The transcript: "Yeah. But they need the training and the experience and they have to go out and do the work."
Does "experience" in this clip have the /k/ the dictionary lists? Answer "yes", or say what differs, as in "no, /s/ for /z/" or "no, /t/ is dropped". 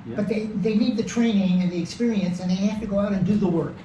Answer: yes